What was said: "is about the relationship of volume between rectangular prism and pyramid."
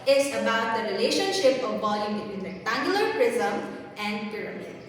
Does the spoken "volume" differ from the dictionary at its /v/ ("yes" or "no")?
yes